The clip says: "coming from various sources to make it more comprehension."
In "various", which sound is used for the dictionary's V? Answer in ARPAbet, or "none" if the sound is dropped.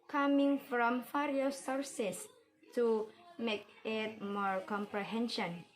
F